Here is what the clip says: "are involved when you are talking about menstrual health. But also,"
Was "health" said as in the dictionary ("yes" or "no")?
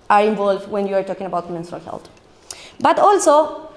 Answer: no